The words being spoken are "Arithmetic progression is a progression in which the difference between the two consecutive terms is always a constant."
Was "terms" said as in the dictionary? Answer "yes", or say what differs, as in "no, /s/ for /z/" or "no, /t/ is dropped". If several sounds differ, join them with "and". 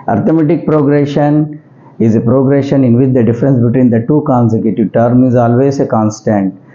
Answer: no, /z/ is dropped